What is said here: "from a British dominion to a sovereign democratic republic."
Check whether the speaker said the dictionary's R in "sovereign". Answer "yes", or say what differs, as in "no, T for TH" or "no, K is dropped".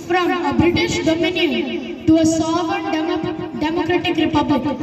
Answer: no, R is dropped